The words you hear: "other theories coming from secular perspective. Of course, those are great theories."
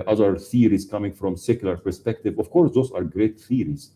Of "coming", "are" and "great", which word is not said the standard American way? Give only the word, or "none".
none